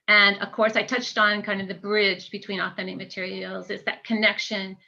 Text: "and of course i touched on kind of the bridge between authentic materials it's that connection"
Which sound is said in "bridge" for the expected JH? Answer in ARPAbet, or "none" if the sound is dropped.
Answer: JH